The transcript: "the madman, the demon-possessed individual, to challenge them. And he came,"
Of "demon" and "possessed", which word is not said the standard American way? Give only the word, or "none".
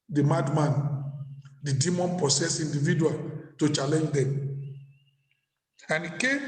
possessed